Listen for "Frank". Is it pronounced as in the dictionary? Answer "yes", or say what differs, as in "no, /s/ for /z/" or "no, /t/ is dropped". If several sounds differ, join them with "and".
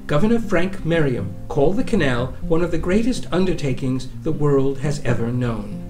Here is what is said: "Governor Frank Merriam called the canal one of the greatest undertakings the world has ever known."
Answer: yes